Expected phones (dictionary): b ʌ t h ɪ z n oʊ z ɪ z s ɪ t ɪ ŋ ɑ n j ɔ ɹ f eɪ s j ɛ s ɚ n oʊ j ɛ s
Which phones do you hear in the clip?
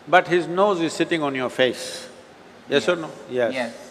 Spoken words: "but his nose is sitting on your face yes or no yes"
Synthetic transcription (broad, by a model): b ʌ t h ɪ z n oʊ z ɪ z s ɪ t ɪ ŋ ɑ n j ɔ ɹ f eɪ s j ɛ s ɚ n oʊ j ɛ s